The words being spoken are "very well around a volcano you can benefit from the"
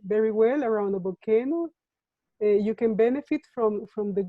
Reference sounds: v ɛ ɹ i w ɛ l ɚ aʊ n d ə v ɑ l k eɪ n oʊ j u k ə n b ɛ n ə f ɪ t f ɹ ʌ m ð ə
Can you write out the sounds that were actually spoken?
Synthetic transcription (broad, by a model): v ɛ ɹ i w ɛ l ɚ aʊ n d ə b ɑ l k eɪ n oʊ j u k ə n b ɛ n ə f ɪ t f ɹ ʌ m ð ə